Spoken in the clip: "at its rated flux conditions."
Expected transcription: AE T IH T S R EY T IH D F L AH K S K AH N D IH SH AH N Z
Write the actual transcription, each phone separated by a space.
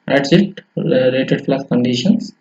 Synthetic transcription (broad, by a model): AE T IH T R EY T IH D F L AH S K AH N D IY SH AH N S